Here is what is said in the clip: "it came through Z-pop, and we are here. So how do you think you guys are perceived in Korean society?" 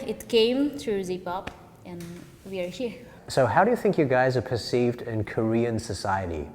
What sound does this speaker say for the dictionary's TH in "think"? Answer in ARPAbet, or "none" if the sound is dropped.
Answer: TH